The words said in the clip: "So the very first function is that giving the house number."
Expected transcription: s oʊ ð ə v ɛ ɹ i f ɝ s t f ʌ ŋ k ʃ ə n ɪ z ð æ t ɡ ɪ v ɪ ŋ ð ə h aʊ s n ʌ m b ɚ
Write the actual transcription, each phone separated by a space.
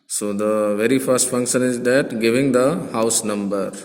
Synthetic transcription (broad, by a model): s oʊ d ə v ɛ ɹ i f ɝ s t f ʌ ŋ k ʃ ə n ɪ z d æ t ɡ ɪ v ɪ ŋ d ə h aʊ s n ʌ m b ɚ